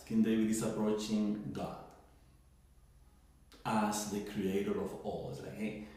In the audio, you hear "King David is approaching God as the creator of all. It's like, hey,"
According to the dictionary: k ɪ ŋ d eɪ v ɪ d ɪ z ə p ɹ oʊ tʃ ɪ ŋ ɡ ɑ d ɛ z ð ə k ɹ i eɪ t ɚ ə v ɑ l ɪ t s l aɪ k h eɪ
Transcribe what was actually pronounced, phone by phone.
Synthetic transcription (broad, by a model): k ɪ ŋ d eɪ w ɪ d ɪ s ə p ɹ oʊ tʃ ɪ ŋ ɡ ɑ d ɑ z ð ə k ɹ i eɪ t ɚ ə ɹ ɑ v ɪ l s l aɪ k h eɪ